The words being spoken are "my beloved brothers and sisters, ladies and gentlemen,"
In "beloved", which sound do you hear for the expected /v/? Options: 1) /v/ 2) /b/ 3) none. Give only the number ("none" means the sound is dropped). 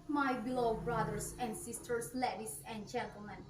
3